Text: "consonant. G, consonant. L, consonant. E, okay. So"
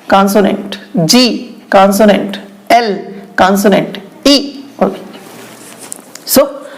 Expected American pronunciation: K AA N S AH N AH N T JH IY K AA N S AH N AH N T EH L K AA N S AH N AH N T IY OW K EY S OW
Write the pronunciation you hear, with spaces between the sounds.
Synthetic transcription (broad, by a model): K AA N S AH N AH N T JH IY K AA N S AH N AH N T EH L K AA N S AH N AH N T IY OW EY S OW